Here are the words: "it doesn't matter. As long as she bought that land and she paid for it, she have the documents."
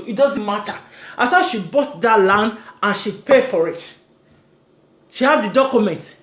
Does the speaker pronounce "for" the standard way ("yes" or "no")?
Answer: yes